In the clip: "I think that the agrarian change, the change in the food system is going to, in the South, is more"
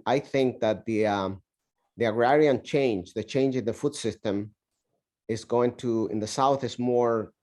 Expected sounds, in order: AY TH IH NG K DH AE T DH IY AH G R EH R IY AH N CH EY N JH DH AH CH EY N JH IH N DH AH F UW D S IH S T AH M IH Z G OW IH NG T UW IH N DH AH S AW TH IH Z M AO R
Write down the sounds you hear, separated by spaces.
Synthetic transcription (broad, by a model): AY TH IH NG K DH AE T DH IY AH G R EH R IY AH N CH EY N JH DH AH CH EY N JH IH N DH AH F UW D S IH S T AH M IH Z G OW IH NG T UW IH N DH AH S AW TH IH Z M AO R